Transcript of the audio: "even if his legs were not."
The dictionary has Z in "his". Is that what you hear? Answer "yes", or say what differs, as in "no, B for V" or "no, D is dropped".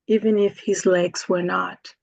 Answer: yes